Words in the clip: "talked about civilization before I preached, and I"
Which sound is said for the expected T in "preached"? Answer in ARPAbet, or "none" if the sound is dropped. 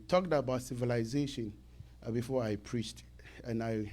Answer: T